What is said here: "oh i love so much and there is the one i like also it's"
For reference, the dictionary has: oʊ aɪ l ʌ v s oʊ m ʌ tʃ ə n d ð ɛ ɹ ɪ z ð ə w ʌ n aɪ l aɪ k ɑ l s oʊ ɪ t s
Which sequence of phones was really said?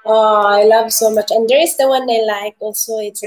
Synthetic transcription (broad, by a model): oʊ aɪ l ʌ v s oʊ m ʌ tʃ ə n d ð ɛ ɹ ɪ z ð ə w ʌ n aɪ l aɪ k ɑ l s oʊ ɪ t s